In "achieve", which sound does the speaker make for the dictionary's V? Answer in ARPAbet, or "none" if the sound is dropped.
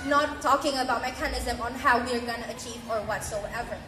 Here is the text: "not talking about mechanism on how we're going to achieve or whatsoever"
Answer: V